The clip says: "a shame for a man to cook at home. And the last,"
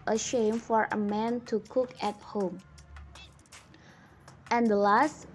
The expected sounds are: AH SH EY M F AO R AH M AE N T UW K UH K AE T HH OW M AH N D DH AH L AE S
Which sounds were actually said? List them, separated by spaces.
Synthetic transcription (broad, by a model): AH SH EY M F AO R AH M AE N T UW K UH K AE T HH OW M AH N D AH L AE S